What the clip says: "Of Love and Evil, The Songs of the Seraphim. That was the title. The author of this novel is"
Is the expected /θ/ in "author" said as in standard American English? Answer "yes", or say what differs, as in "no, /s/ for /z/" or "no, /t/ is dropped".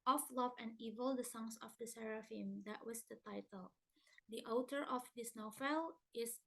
no, /t/ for /θ/